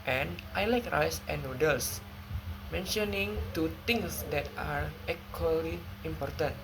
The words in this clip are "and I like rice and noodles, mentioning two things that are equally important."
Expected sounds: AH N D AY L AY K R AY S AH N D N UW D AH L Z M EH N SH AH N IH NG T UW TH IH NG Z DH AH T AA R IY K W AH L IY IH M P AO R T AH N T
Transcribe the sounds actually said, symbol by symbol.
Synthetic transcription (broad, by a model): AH N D AY L AY K R AY S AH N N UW D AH L S M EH N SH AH N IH NG T UW T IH NG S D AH T AA R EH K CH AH L IY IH M P AO R T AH N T